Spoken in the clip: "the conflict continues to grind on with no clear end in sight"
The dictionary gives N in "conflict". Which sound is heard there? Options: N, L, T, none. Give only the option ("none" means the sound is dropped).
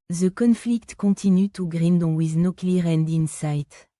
N